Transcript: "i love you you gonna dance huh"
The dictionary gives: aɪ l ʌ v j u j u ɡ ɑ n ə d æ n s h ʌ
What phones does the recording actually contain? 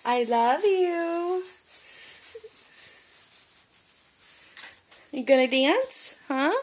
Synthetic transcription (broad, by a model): aɪ l ʌ v j u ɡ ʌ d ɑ ə d æ n s h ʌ